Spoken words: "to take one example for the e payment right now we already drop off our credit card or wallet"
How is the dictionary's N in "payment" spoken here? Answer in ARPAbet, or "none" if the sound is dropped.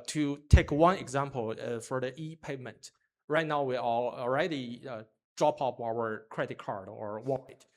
N